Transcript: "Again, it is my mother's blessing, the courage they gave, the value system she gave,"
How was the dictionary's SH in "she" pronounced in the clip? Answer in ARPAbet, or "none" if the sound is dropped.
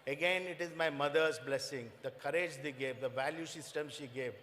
SH